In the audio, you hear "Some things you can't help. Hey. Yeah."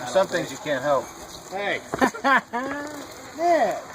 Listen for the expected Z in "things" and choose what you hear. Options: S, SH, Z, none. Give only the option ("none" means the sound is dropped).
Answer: Z